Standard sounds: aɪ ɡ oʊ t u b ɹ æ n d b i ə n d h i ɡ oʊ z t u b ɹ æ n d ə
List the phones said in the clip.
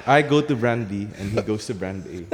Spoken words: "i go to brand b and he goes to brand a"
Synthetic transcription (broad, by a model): aɪ ɡ oʊ t u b ɹ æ n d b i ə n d h i ɡ oʊ s t u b ɹ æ n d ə